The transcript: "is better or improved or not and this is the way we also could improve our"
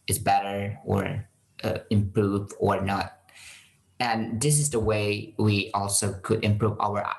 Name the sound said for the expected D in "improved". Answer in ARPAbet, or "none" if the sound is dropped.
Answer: none